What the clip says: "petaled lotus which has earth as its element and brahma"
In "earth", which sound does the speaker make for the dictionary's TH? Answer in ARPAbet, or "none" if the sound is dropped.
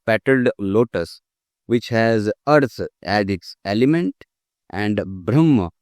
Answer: S